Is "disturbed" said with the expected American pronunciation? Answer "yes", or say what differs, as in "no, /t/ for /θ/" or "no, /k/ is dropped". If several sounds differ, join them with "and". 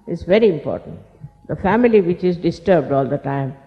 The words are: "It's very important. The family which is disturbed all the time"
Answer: yes